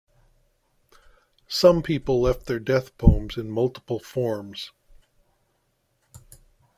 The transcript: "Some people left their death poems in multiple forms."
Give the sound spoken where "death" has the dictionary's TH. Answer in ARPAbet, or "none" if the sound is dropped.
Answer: TH